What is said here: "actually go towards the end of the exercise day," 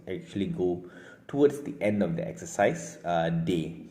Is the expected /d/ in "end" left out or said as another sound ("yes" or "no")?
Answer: no